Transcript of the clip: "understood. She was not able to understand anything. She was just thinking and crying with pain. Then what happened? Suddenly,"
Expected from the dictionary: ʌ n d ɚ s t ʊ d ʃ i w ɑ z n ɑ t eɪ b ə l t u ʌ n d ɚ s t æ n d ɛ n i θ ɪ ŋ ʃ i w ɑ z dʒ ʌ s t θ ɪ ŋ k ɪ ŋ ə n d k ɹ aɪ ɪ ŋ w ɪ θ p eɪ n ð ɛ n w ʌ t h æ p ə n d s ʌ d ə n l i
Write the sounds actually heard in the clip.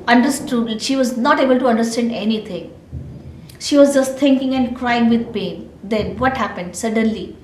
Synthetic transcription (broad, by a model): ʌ n d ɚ s t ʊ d ʃ i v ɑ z n ɑ t eɪ b ə l t u ʌ n d ɚ s t æ n d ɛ n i t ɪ ŋ ʃ i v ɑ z dʒ ʌ s t t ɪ ŋ k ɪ ŋ ə n d k ɹ aɪ ɪ ŋ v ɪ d p eɪ n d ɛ n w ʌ t h æ p ə n d s ʌ d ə n l i